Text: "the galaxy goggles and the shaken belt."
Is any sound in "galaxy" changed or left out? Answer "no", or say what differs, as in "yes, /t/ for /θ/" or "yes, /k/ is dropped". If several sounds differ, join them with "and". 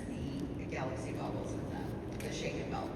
no